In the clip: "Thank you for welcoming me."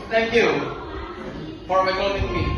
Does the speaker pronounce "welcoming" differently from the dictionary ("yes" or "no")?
yes